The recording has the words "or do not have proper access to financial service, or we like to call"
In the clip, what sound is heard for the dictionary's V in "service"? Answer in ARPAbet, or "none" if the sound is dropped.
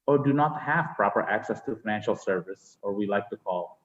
V